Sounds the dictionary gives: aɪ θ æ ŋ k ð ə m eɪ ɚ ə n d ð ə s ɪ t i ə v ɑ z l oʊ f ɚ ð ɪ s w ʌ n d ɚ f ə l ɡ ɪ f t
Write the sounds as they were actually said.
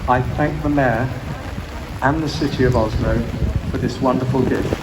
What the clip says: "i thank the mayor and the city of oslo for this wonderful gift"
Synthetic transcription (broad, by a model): aɪ θ æ ŋ k ð ə m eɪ ɚ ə n ð ə s ɪ t i ə v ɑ z n oʊ f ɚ ð ɪ s w ʌ n d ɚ f ə l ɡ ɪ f